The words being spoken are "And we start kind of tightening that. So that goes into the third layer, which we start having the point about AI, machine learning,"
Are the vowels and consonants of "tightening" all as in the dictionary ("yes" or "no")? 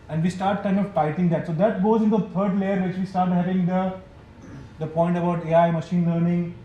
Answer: no